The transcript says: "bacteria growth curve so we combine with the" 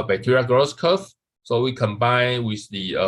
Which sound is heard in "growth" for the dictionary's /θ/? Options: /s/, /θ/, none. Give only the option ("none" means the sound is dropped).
/s/